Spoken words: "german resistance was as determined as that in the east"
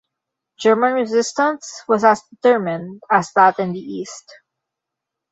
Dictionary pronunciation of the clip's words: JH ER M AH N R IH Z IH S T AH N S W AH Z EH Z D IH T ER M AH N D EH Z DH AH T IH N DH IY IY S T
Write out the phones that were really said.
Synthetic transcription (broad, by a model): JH ER M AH N R IH Z IH S T AH N S W AH Z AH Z D IH T ER M AH N D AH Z DH AH T IH N DH IY IY S T